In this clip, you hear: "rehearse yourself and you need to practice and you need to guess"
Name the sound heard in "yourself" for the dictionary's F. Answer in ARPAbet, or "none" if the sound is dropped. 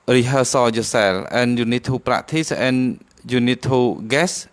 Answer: none